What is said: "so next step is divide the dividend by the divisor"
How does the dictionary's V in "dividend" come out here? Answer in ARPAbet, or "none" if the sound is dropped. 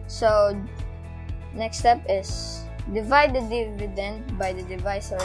V